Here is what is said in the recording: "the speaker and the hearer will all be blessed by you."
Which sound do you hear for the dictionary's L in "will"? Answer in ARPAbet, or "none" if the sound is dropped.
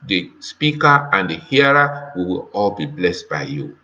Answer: W